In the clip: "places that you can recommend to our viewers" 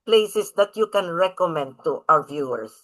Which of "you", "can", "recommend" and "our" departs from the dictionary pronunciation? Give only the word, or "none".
our